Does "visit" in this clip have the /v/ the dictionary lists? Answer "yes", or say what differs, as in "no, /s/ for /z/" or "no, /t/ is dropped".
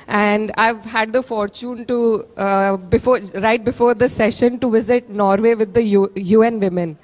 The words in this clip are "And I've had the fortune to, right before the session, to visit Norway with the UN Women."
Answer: yes